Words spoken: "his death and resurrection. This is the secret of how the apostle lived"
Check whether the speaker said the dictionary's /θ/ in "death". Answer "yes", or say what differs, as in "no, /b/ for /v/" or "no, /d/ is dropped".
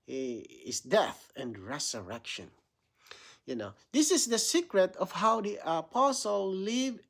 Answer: yes